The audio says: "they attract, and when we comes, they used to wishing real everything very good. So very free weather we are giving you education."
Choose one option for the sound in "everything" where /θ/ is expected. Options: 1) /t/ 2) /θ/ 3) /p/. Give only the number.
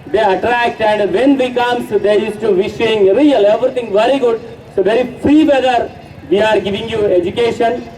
1